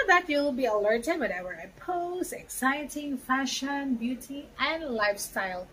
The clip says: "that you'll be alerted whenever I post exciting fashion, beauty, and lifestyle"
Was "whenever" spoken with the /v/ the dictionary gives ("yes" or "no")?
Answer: no